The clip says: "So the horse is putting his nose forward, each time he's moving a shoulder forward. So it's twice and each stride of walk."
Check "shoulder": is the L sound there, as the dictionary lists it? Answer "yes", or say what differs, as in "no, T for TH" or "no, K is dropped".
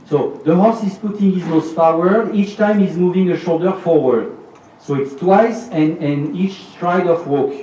yes